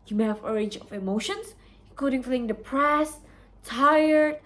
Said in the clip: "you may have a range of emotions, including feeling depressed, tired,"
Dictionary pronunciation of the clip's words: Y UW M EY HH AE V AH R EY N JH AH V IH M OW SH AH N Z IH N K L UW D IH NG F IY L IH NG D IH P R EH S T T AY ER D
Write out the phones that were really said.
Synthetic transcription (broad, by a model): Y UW M EY HH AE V AH R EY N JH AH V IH M OW SH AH N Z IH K UW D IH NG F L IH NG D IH P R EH S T T AY ER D